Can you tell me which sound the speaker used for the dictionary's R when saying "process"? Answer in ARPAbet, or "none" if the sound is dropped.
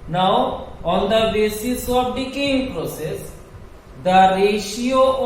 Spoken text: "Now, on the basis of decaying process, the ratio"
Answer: R